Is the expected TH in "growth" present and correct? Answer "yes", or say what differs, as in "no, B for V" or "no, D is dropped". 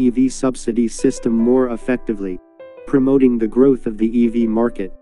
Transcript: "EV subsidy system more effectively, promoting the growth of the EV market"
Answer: yes